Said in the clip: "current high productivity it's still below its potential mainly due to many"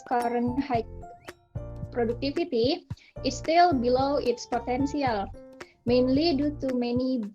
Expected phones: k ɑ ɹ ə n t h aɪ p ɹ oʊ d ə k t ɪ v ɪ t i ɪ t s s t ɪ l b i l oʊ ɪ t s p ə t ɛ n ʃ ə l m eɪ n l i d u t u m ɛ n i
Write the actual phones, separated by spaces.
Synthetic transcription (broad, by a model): k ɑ ɹ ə n h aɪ p ɹ oʊ d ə k t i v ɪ t i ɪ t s s t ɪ l b i l oʊ ɪ t s p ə t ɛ n s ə l m eɪ n l i d u t u m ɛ n i